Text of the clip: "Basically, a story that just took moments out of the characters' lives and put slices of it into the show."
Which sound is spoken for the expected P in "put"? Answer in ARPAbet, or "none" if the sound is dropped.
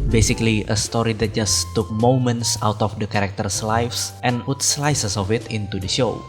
P